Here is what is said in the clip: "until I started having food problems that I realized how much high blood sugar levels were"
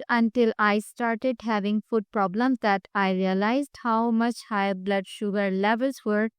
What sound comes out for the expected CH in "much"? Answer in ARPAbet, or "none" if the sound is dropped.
CH